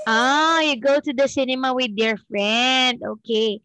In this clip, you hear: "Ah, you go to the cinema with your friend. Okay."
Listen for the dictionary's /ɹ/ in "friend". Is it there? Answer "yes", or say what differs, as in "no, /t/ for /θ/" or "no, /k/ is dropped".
yes